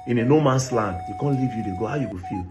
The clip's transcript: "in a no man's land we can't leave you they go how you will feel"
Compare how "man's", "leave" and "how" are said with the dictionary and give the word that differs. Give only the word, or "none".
man's